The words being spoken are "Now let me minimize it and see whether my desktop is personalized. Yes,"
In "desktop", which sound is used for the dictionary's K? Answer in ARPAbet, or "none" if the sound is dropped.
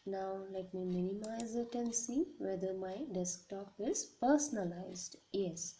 K